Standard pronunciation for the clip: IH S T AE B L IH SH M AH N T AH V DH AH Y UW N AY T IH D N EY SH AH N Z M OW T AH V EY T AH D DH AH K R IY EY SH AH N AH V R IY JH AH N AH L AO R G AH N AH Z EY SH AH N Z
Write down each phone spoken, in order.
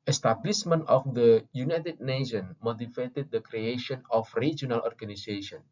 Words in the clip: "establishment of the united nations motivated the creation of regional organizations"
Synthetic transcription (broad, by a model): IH S T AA B L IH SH M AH N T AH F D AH Y UW N AY T IH D N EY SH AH N M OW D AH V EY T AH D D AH K R IY EY SH AH N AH F R IY JH AH N AH L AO R G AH N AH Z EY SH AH N